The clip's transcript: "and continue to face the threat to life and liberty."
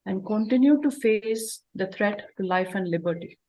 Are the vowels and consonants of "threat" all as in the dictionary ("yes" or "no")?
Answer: no